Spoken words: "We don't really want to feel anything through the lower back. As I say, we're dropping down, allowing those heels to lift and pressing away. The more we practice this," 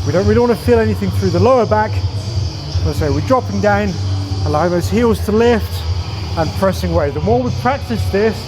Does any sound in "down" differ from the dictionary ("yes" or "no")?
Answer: no